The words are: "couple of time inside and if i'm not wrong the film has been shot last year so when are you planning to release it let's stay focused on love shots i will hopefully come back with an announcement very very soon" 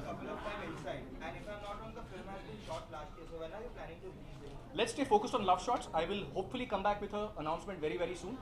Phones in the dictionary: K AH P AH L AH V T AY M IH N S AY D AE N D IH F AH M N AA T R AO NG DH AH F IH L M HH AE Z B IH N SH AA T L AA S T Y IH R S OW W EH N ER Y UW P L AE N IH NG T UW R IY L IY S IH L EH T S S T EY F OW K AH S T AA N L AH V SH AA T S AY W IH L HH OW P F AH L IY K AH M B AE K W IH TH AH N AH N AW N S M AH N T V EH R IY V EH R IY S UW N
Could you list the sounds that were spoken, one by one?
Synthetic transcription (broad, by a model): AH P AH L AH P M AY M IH L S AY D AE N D IH F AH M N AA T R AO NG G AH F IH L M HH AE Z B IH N SH AA T L AA S T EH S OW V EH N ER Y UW P L AE N IH NG T UW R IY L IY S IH L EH T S S T EY F OW K AH S T AA N L AH V SH AA T S AY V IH L HH OW P F AH L IY K AH M B AE K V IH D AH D AH N AW N S M AH N T V EH R IY V EH R IY S UW N